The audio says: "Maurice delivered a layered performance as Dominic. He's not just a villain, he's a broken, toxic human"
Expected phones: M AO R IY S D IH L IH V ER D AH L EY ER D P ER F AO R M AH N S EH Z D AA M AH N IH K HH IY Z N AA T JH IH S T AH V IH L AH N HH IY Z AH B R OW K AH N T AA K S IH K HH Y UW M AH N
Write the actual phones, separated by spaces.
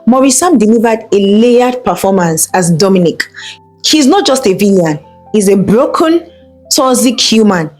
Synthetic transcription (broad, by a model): M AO R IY S D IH L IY V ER D AH L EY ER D P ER F AO M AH N S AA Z D AA M AH N IH K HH IY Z N AA T JH IH S T AH V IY AH N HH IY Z AH B R OW K AH N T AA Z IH K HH Y UW M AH N